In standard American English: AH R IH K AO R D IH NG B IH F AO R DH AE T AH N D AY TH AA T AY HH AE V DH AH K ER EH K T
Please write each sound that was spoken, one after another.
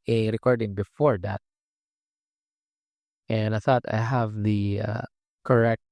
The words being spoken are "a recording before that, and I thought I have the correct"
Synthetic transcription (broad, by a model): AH R IH K AO R D IH NG B IH F AO R DH AE T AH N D AY TH AA T AY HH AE V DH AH K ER EH K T